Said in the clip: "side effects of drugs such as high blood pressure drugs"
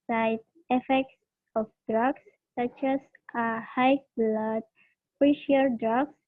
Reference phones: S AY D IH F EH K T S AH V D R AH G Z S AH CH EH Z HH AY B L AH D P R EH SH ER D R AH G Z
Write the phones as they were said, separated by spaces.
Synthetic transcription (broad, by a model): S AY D IH F EH K T S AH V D R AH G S S AH CH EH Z HH AY B L AH D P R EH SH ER D R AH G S